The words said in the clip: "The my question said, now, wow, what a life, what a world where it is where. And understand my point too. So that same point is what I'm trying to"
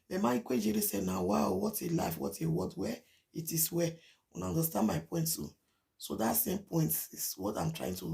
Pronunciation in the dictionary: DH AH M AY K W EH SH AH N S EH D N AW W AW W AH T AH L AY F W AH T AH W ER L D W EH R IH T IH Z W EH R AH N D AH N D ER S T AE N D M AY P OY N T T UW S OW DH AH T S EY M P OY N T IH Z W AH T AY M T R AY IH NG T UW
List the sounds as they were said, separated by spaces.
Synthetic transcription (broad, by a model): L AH M AY K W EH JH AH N S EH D N AW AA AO W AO T AH L AY F W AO T AH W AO D W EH IH T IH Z W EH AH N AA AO N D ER S T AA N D M AY P OY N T T UW S OW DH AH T S EY M P OY N T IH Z W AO T AY M T R AY IH NG T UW